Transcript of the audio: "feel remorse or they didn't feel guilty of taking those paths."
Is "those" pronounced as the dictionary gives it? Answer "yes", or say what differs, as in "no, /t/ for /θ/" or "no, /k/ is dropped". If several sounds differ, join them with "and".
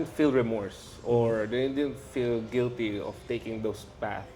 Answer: no, /s/ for /z/